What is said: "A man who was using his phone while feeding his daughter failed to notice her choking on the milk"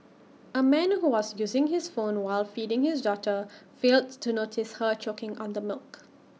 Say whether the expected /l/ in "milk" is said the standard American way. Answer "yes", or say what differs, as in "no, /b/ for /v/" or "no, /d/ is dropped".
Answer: yes